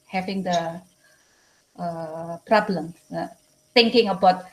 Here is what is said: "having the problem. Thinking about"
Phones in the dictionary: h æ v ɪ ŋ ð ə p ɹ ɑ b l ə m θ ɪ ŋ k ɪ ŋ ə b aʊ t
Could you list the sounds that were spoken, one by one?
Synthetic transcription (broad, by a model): h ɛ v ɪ ŋ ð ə p ɹ ɑ b l ə m s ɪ ŋ k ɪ ŋ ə b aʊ t